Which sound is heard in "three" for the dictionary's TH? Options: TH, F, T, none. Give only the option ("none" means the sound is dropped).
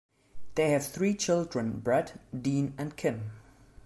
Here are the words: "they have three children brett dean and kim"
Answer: TH